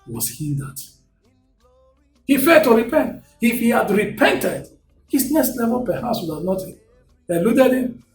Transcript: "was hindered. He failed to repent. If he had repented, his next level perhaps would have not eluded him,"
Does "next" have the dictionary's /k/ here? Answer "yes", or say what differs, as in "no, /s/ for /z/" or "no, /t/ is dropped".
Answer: no, /k/ is dropped